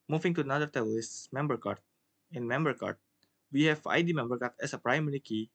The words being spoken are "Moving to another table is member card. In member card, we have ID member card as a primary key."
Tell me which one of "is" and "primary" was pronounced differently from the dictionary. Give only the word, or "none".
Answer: is